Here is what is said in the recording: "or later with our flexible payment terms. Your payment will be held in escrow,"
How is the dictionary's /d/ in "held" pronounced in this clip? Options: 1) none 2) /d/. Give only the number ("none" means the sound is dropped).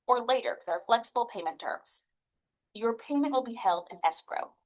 2